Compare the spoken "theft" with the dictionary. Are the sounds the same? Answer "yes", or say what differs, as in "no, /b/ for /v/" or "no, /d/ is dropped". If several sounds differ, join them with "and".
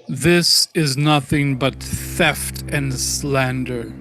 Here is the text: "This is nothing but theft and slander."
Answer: yes